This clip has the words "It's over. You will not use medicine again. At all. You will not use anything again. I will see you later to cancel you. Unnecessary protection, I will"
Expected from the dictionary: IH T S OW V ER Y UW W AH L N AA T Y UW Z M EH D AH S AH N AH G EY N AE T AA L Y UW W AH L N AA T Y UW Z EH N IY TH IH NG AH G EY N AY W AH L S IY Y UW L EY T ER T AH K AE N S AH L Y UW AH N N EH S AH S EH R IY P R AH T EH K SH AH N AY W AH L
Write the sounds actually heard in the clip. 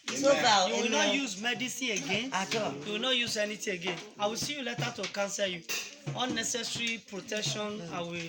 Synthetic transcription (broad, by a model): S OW B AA Y UW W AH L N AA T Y UW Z M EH D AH S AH AH G EY N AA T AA Y UW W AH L N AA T Y UW Z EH N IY T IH AH G EY N AY W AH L S IY Y UW L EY T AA T AH K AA N S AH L Y UW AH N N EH S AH S R IY P R AH T EH K SH AH N AY W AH